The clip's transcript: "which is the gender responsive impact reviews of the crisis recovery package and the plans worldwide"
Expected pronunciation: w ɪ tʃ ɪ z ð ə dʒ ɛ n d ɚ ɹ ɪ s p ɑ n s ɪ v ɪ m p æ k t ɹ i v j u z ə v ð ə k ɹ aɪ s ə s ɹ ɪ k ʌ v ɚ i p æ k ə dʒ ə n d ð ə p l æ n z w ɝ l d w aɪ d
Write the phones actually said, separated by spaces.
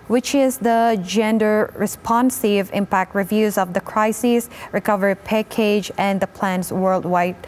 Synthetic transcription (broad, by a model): w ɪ tʃ ɪ z ð ə dʒ ɛ n d ɚ ɹ ɪ s p ɑ n s ɪ v ɪ m p æ k t ɹ i v j u z ə v ð ə k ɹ aɪ s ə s ɹ ɪ k ʌ v ɚ i p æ k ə dʒ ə n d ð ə p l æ n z w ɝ l d w aɪ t